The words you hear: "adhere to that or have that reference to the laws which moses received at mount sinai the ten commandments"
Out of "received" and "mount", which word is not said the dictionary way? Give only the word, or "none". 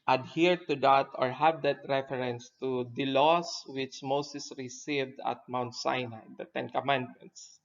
none